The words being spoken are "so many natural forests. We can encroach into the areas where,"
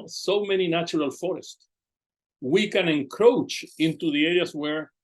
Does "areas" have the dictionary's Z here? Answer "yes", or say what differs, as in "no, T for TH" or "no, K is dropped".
no, S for Z